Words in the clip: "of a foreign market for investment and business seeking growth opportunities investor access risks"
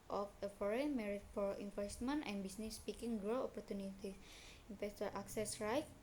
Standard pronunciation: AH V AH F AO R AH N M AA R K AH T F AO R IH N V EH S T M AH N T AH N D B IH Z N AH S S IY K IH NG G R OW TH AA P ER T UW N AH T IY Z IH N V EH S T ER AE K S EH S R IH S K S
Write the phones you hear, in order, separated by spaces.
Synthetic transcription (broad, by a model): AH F AH F AO R AH N M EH R AH T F AO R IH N F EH S T M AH N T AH N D B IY S N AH S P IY K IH NG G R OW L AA P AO T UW N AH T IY IH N F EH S T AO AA K S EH S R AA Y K